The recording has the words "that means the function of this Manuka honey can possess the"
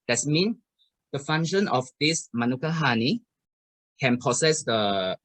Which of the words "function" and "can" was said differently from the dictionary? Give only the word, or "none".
function